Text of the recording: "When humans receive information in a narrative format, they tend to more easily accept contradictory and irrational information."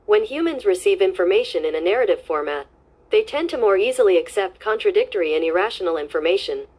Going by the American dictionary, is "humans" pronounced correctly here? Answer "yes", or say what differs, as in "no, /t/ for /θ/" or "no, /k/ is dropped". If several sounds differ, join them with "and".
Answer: yes